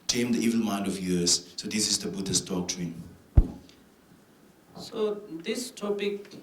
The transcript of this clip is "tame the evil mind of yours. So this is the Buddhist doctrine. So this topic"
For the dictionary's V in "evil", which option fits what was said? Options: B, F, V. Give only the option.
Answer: V